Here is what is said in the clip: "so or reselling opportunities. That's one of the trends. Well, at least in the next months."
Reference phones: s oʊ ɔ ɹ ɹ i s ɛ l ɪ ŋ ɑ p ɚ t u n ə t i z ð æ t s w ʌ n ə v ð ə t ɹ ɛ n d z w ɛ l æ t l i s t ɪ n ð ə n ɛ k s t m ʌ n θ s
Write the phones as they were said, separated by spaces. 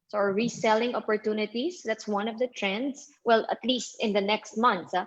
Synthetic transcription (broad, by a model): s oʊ ɔ ɹ ɹ i s ɛ l ɪ ŋ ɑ p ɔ t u n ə t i s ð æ t s w ʌ n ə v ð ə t ɹ ɛ n d s w ɛ l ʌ t l i s t ɪ n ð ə n ɛ k s t m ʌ n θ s